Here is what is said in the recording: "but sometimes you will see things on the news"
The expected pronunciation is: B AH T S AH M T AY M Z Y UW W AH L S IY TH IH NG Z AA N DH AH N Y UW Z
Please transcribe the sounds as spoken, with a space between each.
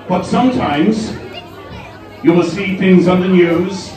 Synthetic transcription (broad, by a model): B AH T S AH M T AY M Z Y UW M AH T S IY TH IH NG Z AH N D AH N Y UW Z